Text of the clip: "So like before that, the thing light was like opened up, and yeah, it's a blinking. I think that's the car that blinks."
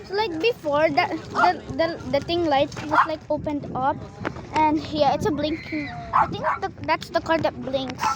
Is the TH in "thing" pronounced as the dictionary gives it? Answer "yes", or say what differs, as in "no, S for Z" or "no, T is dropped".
no, T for TH